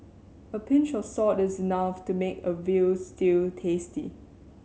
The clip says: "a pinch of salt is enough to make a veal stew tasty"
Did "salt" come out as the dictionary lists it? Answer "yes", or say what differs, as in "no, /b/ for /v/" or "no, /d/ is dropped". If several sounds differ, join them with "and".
no, /l/ is dropped